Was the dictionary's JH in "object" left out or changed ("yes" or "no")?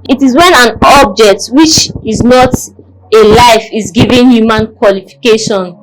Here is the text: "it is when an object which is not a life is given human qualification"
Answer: no